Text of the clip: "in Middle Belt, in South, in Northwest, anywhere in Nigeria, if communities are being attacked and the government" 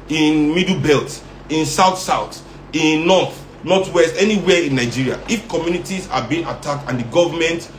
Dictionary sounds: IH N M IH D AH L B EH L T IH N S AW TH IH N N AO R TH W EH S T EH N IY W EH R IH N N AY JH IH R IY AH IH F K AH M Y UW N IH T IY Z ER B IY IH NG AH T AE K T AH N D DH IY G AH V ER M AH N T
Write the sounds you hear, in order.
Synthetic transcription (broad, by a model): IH N M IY D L B EH L T IH N S AW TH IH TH N AO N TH W EH S T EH N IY W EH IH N N AY JH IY R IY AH IH F K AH M Y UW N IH T IY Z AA B IY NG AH T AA K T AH N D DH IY G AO V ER M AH N T